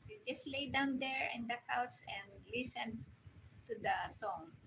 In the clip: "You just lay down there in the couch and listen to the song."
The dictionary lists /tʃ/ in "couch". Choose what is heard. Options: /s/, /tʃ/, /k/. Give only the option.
/s/